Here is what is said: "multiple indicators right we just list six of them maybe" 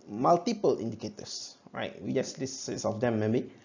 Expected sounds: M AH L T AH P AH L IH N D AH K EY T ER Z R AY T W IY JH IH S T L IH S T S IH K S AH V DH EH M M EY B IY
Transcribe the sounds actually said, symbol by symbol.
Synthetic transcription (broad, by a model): M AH L T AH P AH L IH N D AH K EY T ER S R AY T W IY JH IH S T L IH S S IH S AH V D EH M M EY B IY